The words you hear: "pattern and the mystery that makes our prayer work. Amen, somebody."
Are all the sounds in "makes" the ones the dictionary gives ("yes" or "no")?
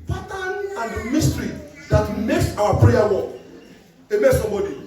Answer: yes